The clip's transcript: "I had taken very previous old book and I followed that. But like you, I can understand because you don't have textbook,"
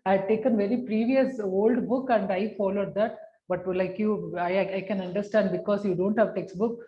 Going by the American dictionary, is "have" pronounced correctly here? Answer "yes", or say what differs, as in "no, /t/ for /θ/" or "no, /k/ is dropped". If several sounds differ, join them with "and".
yes